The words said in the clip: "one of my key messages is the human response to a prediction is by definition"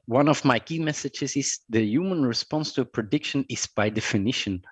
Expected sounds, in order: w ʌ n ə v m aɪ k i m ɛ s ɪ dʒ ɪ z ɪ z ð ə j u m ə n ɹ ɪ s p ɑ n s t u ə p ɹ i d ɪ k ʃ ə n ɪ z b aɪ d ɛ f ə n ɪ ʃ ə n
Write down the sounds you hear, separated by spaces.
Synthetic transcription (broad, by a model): w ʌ n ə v m aɪ k i m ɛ s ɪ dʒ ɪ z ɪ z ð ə j u m ə n ɹ ɪ s p ɑ n s t u ə p ɹ i d ɪ k ʃ ə n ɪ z b aɪ d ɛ f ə n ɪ ʃ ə n